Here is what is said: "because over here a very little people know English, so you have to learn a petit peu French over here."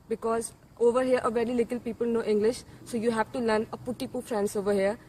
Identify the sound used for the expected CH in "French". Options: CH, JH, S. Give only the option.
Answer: S